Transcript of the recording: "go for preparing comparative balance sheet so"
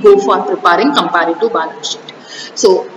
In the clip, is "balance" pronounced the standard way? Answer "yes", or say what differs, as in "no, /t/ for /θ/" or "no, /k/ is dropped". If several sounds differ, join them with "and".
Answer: no, /n/ is dropped